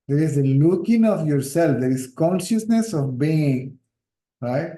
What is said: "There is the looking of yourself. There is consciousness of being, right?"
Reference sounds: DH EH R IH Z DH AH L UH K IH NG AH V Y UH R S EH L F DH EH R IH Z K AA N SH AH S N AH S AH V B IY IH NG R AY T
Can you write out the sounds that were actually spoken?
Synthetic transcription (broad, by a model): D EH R IH Z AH L UH K IH NG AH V Y UH R S EH L F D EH R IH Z K AA N SH AH S N AH S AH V B IY IH NG R AY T